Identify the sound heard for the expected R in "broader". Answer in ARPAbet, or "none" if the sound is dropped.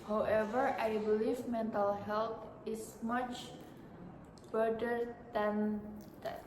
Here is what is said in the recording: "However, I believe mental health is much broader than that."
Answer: none